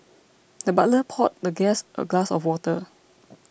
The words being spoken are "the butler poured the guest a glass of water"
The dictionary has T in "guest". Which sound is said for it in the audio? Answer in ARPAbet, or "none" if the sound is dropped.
T